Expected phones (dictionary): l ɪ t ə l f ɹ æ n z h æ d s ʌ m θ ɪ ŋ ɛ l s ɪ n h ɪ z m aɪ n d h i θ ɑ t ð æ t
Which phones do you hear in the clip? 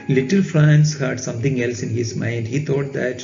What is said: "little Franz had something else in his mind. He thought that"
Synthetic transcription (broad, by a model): l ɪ t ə l f ɹ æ n s h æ d s ʌ m t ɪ ŋ ɛ l s ɪ n h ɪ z m aɪ n d h i t ɑ t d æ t